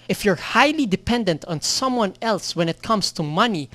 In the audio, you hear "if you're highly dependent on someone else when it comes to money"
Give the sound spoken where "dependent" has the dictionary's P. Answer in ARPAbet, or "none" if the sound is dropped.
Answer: P